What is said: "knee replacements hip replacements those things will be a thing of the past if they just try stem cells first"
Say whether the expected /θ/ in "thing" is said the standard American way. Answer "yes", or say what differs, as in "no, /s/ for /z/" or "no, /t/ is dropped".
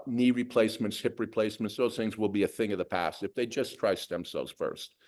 yes